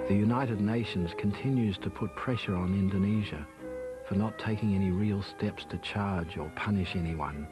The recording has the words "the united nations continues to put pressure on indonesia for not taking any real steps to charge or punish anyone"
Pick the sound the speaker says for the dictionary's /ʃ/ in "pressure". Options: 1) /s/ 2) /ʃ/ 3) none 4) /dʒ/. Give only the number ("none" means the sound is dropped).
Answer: 2